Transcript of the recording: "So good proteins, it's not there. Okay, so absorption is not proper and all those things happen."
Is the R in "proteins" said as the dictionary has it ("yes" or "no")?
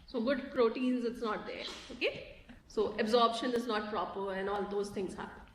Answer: yes